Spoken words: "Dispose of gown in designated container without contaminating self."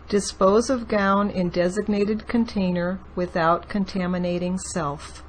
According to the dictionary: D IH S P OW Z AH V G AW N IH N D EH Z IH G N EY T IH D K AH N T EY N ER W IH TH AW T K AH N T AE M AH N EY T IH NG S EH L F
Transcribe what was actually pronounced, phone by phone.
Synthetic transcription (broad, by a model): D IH S P OW Z AH V G AW N IH N D EH Z IH G N EY T IH D K AH N T EY N ER W IH TH AW T K AH N T AE M AH N EY T IH NG S EH L F